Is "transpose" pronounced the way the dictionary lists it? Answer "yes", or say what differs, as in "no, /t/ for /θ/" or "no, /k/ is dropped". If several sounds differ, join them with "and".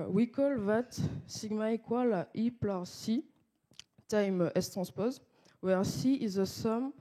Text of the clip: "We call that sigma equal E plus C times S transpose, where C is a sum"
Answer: no, /n/ is dropped